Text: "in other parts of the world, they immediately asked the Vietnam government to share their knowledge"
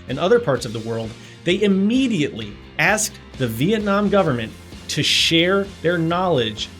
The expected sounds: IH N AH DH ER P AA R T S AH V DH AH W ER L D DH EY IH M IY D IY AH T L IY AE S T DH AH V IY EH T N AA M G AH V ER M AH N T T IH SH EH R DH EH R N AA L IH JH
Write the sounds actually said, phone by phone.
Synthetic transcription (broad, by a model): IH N AH DH ER P AA R T S AH V DH AH W ER L D DH EY IH M IY D IY AH T L IY AE S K DH AH V IY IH T N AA M G AH V ER M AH N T T IH SH EH R DH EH R N AA L IH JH